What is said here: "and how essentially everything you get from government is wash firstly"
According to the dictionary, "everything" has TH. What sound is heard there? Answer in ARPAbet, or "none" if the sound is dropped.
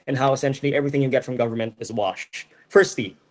TH